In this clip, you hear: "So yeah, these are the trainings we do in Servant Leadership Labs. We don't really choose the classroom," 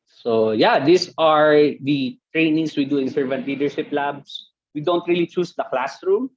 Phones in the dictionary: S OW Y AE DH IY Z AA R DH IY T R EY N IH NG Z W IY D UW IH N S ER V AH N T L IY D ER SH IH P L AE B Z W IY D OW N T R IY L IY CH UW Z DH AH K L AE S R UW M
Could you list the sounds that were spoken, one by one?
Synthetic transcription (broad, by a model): S OW Y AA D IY S AA R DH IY T R EY N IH NG S W IY D UW IH N S ER V AH N T L IY D ER SH IH P L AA B S W IY D OW N T R IY L IY CH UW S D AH K L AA S R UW M